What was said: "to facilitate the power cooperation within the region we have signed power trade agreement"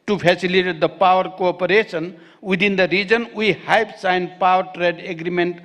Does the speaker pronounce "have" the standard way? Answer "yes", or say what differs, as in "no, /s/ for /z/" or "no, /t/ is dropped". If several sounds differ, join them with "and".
no, /p/ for /v/